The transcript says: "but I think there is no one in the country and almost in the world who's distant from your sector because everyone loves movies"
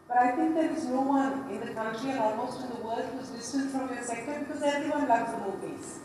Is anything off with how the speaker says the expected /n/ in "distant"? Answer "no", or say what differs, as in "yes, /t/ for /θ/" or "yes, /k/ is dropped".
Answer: yes, /l/ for /n/